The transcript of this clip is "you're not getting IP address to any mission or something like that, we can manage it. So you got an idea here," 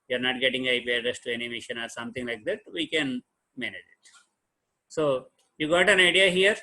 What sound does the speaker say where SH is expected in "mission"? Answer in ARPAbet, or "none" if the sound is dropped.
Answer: SH